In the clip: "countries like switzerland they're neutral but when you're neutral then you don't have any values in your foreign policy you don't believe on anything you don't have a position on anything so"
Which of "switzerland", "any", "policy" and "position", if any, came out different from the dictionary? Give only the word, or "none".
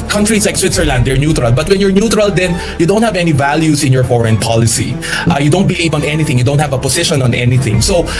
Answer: position